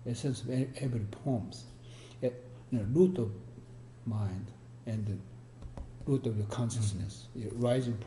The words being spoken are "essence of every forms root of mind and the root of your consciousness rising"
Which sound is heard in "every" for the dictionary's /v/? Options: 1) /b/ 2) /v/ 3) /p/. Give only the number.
1